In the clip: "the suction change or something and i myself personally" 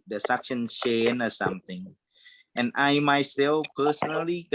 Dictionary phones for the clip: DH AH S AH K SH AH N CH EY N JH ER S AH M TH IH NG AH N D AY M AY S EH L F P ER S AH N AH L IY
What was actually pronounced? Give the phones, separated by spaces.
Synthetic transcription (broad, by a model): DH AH S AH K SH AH N SH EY N ER S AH M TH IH NG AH N AY M AY S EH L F P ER S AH N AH L IY